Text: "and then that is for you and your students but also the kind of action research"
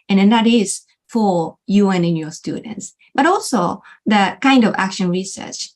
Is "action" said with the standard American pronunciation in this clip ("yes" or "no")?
yes